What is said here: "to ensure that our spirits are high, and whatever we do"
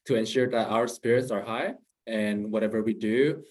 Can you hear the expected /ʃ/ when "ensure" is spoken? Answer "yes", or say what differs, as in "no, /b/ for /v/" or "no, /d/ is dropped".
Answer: yes